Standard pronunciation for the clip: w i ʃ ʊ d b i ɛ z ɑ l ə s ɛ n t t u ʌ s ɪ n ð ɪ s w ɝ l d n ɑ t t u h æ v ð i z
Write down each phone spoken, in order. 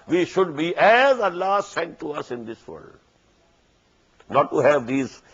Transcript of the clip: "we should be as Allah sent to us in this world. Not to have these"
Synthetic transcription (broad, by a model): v i ʃ ʊ d b i ɛ z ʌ l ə s ɛ n t t u ʌ s ɪ n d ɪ s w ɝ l d n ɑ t t u h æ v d i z